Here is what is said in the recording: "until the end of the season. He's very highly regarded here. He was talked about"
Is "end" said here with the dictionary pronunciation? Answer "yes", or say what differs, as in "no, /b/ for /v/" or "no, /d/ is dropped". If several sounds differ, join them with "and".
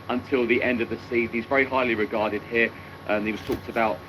yes